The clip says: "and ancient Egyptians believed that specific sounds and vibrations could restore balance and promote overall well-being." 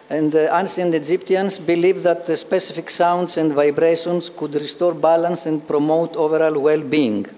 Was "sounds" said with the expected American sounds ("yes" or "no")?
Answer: no